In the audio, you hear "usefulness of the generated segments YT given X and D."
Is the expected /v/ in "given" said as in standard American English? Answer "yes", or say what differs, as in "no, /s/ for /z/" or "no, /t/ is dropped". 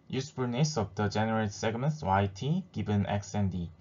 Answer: no, /b/ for /v/